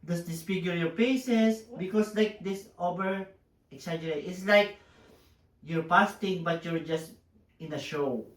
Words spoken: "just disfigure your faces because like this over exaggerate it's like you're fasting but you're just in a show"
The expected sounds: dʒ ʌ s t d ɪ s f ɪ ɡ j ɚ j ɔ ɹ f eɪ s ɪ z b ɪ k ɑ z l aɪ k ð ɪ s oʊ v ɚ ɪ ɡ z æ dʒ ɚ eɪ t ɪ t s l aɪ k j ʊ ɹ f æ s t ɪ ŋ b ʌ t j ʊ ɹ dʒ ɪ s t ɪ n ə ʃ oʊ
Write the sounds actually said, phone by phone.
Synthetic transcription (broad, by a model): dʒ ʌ s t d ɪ s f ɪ ɡ j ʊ j ɔ ɹ p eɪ s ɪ s b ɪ k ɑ s l aɪ k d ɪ s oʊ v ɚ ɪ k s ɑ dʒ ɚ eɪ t ɪ t s l aɪ k j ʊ ɹ p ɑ s t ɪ ŋ b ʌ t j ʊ ɹ dʒ ɪ s t ɪ n ə ʃ oʊ